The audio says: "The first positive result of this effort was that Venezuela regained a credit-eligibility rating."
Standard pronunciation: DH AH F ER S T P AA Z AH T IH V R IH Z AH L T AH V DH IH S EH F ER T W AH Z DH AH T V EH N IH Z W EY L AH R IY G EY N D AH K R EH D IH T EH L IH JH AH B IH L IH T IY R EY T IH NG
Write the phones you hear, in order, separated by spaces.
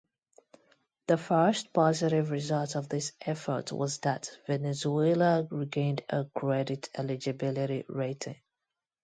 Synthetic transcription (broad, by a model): DH AH F ER S T P AA Z AH T IH V R IH Z AH L T AH V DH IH S EH F ER T W AH Z DH AH T V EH N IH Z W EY L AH R IY G EY N D AH K R EH D IH T EH L IH JH AH B IH L IH T IY R EY T IH NG